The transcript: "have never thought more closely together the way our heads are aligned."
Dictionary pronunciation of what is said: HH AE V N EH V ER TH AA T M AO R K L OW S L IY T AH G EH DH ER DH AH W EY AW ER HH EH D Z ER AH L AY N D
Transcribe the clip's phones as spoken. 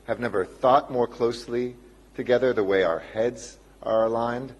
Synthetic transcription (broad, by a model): HH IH V N EH V ER TH AA T M AO R K L OW S L IY T AH G EH DH ER DH AH W EY AW ER HH EH D Z ER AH L AY N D